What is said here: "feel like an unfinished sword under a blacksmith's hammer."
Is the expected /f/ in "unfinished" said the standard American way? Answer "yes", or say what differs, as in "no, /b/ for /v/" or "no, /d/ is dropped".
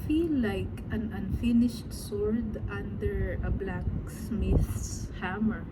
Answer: yes